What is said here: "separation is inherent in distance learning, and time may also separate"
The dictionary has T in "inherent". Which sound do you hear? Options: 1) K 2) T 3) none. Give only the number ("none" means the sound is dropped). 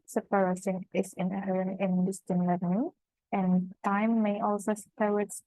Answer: 3